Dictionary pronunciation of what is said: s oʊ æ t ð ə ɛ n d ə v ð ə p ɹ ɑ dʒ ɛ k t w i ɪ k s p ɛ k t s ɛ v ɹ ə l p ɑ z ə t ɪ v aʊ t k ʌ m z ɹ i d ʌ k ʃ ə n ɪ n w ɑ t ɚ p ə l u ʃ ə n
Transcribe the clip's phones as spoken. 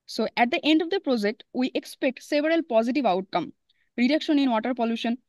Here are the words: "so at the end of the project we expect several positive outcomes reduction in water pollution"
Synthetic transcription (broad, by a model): s oʊ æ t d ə ɛ n d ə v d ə p ɹ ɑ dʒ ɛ k t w i ɪ k s p ɛ k t s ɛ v ɹ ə l p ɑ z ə t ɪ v aʊ t k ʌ m ɹ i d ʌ k ʃ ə n ɪ n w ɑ t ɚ p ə l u ʃ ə n